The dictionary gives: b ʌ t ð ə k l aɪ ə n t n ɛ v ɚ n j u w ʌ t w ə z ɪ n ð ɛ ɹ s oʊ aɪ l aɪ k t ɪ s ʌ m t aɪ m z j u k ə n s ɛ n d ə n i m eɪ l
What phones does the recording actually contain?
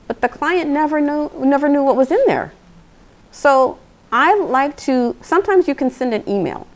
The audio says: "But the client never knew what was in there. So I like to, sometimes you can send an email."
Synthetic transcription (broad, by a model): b ʌ t ð ə k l aɪ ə n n n ɛ v ɚ n j u w ʌ t w ə z ɪ n ð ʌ ɹ s oʊ aɪ l aɪ k t ɪ s ʌ m t aɪ m z j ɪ k ə n s ɛ n d ə n i m eɪ l